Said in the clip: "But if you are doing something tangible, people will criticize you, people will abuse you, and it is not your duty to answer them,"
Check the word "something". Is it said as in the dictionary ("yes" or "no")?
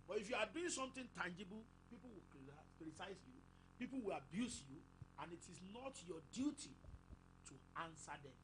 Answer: no